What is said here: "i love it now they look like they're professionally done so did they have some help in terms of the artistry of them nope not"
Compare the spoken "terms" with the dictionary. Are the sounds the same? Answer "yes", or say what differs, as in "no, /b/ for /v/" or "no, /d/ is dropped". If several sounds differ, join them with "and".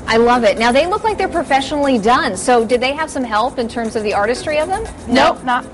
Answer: yes